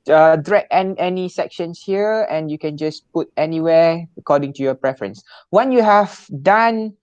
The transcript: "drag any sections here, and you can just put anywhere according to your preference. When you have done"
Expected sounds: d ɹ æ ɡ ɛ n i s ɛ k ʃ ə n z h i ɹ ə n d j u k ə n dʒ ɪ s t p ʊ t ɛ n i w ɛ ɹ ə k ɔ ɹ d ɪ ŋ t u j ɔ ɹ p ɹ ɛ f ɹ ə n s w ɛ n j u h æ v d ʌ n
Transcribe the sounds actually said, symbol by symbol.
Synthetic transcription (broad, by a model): d ɹ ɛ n ɛ n i s ɛ k ʃ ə n s h i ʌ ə n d j u k ə n dʒ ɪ s p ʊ t ɛ n i w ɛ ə k ɔ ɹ d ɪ ŋ t u j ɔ p ɹ ɛ f ɹ ə n s w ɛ n j u h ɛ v d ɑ n